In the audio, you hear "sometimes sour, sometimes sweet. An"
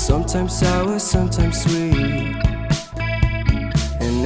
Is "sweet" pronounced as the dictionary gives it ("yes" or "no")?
no